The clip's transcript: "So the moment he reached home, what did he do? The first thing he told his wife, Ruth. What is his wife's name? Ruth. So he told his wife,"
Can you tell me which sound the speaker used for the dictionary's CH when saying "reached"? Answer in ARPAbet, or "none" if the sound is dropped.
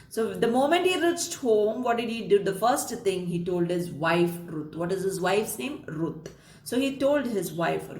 CH